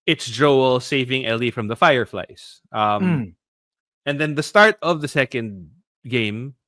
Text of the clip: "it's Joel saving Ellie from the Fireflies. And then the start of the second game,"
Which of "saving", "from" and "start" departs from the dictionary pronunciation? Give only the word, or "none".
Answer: none